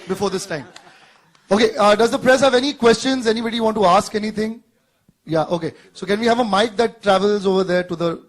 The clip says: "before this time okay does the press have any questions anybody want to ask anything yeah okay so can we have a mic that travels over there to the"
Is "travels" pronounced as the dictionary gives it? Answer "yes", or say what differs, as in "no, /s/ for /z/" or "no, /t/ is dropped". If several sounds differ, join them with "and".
yes